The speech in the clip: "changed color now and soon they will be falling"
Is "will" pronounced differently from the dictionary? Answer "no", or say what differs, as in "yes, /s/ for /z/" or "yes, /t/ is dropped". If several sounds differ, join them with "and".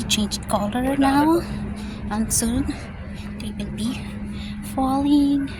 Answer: yes, /n/ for /l/